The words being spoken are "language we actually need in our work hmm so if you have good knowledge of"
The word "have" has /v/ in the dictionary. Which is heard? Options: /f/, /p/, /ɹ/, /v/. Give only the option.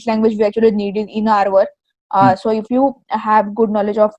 /v/